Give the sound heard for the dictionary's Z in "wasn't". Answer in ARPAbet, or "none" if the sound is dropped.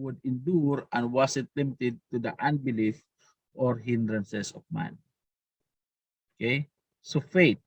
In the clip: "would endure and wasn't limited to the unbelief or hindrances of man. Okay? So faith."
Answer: S